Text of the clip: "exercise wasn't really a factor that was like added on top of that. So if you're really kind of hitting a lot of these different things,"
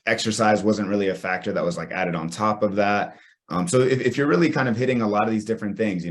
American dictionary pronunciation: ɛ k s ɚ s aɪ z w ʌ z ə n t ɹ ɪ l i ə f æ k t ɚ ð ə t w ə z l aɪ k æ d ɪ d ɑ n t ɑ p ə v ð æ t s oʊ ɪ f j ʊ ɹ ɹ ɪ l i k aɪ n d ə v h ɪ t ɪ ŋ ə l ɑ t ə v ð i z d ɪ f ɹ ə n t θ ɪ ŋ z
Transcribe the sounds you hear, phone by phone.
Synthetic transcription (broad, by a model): ɛ k s ɚ s aɪ z w ʌ z ə n t ɹ ɪ l i ə f æ k t ɚ ð ə t w ə z l aɪ k æ d ɪ d n t ɑ p ə v ð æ t s oʊ ɪ f j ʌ ɹ ɹ ɪ l i k aɪ n d ə v h ɪ t ɪ ŋ ə l ɑ t ə v ð i z d ɪ f ɹ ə n θ ɪ ŋ z